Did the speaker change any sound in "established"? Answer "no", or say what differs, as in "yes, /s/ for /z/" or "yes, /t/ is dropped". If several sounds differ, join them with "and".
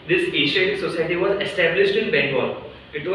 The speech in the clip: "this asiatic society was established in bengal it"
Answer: no